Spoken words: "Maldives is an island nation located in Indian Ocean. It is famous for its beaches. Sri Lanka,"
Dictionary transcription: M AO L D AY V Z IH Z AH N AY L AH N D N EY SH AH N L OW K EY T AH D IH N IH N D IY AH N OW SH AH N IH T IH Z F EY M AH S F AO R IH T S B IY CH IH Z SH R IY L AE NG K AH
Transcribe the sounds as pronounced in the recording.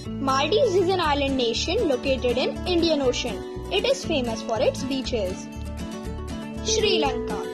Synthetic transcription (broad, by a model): M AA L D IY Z IH Z AH N AY L AH N D N EY SH AH N L OW K EY T AH D IH N IH N D IY AH N OW SH AH N IH T IH Z F EY M AH S F AO R IH T S B IY CH IH Z SH R IY L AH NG K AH